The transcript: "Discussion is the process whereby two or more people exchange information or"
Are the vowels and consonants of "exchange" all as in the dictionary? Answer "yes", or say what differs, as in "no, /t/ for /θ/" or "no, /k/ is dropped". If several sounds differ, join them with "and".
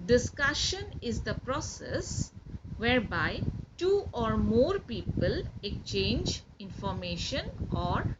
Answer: no, /s/ is dropped